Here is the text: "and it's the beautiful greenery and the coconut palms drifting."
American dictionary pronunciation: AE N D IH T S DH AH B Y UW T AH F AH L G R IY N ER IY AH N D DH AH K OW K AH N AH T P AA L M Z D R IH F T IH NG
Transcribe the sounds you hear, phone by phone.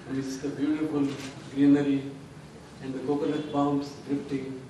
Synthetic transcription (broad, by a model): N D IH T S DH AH B Y UW T AH F AH L G R IY N ER IY AH N D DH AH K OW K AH L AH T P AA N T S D R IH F T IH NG